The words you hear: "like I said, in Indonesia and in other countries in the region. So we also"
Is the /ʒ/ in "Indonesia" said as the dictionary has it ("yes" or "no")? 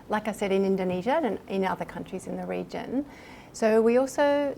yes